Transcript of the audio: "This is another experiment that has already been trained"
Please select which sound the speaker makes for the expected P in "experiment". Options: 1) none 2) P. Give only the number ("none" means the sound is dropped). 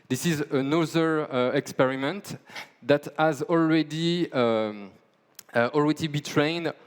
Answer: 2